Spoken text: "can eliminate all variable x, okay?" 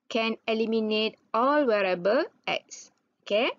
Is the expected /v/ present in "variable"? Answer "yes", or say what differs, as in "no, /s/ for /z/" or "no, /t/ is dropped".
no, /w/ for /v/